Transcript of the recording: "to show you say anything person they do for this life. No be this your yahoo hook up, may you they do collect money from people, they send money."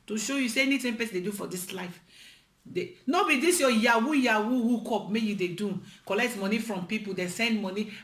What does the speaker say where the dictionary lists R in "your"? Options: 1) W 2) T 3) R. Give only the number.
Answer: 1